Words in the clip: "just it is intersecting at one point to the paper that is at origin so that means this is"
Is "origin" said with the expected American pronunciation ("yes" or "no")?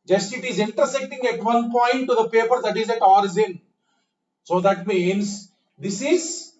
no